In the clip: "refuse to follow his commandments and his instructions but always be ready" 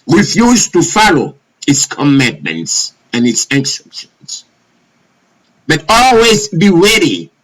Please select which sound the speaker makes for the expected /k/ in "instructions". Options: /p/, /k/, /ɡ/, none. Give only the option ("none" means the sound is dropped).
none